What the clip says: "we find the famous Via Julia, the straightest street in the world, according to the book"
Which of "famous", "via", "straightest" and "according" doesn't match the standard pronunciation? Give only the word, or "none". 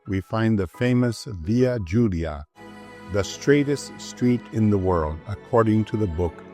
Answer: none